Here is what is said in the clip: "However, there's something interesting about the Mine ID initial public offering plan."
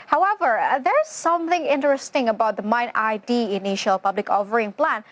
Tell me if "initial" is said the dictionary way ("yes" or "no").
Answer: yes